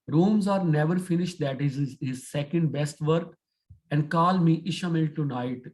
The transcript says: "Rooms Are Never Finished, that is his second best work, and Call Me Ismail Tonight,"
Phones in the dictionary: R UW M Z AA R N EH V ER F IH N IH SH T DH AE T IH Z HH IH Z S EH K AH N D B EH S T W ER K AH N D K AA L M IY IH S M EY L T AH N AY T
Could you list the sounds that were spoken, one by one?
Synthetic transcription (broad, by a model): R UW M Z AA R N EH V ER F IH N IH SH T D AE T IH Z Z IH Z S EH K AH N D B EH S T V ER K AH N D K AA L M IY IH SH M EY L T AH N AY T